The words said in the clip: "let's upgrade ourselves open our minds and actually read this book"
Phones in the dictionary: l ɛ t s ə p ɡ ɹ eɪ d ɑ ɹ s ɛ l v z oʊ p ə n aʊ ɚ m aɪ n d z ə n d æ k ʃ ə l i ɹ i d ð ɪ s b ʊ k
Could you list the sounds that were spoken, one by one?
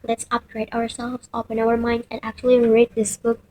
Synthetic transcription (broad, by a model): l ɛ t s ə p ɡ ɹ eɪ d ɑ ɹ s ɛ l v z oʊ p ə n aʊ ɚ m aɪ n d ə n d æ k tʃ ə l i ɹ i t ð ɪ s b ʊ k